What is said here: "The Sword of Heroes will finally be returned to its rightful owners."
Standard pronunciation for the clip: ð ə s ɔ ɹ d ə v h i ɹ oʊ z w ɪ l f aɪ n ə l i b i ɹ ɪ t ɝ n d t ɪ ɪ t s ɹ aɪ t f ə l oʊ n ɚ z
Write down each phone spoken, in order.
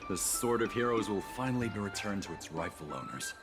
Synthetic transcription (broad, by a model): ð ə s ɔ ɹ d ə v h i ɹ oʊ z w ɪ l f aɪ n l i b i ɹ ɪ t ɝ n t ɪ ɪ t s ɹ aɪ f l oʊ n ɚ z